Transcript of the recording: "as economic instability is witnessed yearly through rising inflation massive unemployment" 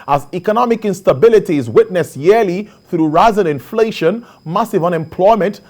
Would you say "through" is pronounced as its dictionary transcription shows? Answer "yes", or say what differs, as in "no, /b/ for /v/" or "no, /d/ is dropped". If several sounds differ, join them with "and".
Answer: yes